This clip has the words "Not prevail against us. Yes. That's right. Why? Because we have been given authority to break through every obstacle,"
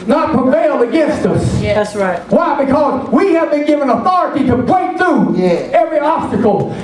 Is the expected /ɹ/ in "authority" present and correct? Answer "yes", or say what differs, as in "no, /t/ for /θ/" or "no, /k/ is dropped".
yes